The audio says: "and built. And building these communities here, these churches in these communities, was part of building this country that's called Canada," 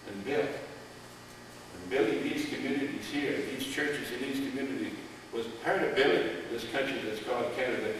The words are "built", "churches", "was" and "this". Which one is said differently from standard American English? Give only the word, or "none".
built